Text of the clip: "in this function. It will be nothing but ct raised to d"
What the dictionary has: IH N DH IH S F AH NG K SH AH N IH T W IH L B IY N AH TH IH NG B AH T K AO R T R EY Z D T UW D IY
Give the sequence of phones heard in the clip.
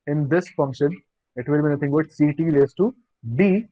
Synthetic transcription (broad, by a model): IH N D IH S F AH NG K SH AH N IH T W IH L B IY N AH T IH NG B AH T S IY T L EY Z T UW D IY